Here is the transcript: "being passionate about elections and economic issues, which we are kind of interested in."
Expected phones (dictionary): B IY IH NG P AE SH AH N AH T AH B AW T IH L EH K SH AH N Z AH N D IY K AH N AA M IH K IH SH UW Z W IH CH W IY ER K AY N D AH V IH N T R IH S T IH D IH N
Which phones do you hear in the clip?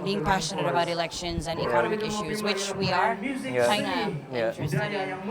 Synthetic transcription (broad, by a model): B IY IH NG P AE SH AH N AH T AH B AW T IH L EH K SH AH N Z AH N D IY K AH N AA M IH K IH SH UW Z W IH CH W IY ER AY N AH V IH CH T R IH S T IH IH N